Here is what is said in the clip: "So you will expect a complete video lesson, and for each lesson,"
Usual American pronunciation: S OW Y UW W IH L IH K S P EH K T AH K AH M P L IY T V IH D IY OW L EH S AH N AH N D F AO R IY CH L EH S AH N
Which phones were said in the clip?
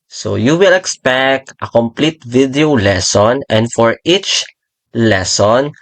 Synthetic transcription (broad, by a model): S OW Y UW W IH L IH K S P EH K T AH K AH M P L IY T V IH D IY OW L EH S AH N AH N D F AO R IY CH L EH S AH N